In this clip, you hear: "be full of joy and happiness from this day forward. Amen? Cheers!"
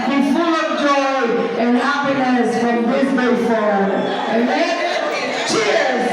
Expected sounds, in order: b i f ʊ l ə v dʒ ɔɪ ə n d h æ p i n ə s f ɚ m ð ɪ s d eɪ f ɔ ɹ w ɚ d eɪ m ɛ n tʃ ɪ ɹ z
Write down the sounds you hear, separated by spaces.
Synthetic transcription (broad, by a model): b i f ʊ l ə v dʒ ɔɪ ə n h æ p i n ə s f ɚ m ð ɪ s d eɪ f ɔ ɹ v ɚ eɪ m ɛ n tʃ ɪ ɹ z